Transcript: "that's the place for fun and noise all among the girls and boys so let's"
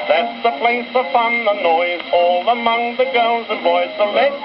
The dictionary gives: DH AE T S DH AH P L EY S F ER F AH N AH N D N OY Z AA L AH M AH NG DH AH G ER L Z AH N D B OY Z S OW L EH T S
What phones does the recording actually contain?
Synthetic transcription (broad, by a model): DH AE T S DH AH P L EY S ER P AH N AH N N OY Z AA L AH M AH NG DH AH G ER L Z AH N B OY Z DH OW L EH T